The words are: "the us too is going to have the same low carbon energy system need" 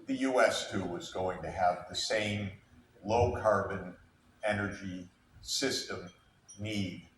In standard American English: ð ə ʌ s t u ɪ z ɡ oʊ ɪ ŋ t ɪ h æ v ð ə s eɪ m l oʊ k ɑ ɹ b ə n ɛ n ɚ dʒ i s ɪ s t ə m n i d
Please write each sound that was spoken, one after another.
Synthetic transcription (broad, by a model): ð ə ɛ s t u ɪ z ɡ oʊ ɪ ŋ t ɪ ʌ v ð ə s eɪ m l oʊ k ɑ ɹ b ə n ɛ n ɚ dʒ i s ɪ s t ə m n i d